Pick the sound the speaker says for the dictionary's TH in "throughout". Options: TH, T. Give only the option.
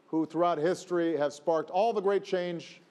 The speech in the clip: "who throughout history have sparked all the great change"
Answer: TH